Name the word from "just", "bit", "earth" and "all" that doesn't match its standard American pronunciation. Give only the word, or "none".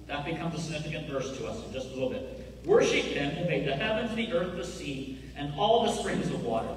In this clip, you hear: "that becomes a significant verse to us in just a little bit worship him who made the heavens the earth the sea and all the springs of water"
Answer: none